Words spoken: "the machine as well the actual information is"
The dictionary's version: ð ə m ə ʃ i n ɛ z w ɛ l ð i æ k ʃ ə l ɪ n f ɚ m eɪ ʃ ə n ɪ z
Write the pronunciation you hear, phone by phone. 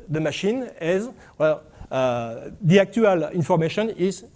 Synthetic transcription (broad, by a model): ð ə m ə ʃ i n ɛ z w ɛ l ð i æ k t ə l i n f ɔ m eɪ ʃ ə n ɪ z